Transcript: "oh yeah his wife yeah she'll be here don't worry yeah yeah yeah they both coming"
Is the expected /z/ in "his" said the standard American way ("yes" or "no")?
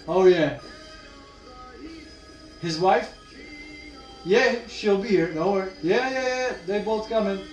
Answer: yes